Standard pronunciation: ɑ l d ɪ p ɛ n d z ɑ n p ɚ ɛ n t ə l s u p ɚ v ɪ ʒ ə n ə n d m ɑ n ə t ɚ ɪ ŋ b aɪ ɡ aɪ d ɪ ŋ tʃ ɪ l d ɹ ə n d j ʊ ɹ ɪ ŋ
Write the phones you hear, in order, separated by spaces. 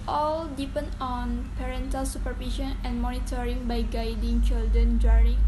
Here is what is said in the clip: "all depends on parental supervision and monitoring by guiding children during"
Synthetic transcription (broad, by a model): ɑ l d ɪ p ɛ n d ɑ n p ɚ ɛ n t ə l s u p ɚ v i ʃ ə n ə n m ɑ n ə t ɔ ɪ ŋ b aɪ ɡ aɪ d ɪ ŋ tʃ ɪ l d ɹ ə n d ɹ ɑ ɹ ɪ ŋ